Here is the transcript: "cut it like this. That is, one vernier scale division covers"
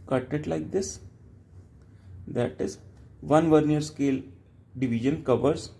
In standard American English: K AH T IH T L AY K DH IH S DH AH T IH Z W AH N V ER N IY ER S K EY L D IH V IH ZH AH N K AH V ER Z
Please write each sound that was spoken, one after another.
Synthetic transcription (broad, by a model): K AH T IH T L AY K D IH S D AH T IH Z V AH N V ER N IY ER S K EY L D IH V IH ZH AH N K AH V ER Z